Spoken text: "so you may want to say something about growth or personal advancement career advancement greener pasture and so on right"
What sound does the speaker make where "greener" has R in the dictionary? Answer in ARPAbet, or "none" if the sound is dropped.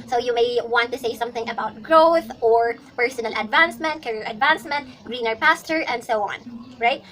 R